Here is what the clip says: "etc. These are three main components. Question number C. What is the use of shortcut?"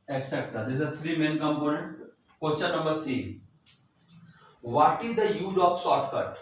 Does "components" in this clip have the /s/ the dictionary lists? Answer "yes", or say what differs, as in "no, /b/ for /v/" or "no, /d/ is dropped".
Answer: no, /s/ is dropped